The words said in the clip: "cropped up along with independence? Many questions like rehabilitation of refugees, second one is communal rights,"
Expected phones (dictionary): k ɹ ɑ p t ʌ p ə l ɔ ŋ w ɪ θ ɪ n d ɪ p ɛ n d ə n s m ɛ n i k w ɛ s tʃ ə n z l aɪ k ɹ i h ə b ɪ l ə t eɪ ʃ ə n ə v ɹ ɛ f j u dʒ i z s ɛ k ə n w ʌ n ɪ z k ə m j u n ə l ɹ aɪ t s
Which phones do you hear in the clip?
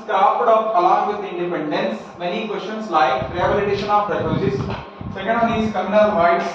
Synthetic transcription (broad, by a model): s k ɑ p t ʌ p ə l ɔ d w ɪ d ɪ n d ɪ p ɛ n d ə n s m ɛ n i k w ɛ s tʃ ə n s l aɪ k ɹ i h ə b ɪ l ə t eɪ ʃ ə n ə p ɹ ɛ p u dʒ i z s ɛ k ə n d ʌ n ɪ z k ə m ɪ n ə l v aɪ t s